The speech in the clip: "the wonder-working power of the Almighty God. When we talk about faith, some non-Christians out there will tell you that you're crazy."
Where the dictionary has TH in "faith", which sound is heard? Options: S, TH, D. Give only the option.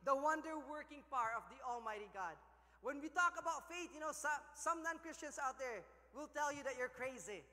S